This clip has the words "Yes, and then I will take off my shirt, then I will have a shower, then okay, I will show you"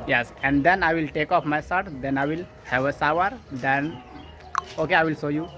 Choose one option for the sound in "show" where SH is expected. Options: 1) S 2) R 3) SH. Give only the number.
1